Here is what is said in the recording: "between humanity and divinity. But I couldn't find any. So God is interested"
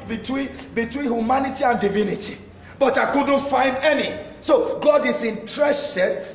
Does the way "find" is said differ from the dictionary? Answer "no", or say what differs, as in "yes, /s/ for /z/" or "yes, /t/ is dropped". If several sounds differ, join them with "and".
no